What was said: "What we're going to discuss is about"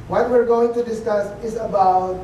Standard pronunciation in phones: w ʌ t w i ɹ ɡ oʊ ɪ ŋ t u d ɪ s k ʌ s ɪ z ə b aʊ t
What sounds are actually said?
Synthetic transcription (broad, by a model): w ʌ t w i ɹ ɡ oʊ ɪ ŋ t u d ɪ s k ʌ s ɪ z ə b aʊ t